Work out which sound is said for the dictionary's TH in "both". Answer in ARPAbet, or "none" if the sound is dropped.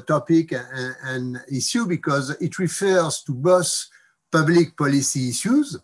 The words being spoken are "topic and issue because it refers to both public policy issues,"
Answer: S